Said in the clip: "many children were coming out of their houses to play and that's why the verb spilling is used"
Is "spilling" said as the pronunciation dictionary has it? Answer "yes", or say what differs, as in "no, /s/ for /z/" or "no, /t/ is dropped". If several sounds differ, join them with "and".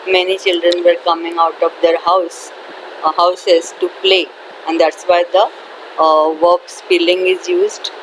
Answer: no, /f/ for /p/